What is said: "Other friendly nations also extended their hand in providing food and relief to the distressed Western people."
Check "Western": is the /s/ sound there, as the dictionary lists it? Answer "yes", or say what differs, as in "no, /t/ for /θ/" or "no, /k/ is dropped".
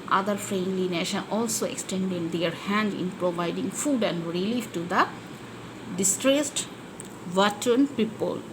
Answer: no, /s/ is dropped